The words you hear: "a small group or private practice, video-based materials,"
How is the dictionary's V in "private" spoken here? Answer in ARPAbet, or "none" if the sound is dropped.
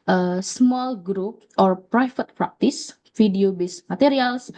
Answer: F